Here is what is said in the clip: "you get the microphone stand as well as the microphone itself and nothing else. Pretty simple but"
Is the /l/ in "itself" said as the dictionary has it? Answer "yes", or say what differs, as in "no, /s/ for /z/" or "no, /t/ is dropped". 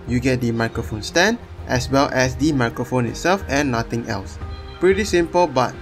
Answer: yes